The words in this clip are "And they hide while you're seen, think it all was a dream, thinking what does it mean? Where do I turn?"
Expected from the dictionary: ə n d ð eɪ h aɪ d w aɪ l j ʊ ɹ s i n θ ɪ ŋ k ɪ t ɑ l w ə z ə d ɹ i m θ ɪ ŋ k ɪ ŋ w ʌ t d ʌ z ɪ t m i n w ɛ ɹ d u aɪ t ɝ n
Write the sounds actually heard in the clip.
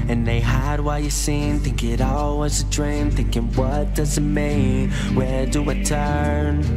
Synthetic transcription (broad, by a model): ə n ð eɪ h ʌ d w aɪ l j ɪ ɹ s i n t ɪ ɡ ɪ t ɑ l w ə z ə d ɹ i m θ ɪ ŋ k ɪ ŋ w ʌ t d ʌ z ɪ t m i n w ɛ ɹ d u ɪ t ɝ n